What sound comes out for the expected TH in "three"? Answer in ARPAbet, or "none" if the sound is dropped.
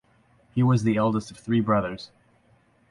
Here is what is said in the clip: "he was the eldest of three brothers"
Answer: TH